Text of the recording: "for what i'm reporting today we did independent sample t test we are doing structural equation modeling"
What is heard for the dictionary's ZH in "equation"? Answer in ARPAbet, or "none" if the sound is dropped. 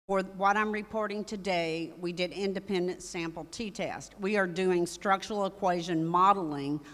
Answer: ZH